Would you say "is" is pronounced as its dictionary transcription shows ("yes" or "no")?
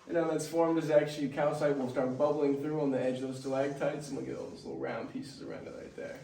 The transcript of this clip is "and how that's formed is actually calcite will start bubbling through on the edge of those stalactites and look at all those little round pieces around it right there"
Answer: yes